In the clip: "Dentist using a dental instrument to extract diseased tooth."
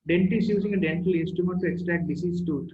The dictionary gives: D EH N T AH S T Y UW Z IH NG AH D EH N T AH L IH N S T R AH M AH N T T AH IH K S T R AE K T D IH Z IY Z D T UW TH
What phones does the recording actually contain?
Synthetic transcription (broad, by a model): D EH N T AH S Y UW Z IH NG AH D EH N T AH L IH S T AH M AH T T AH K S T R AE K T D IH S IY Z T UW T